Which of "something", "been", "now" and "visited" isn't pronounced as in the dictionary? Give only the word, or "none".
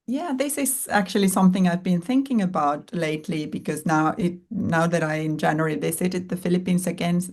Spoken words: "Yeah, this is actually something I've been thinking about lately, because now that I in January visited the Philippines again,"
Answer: visited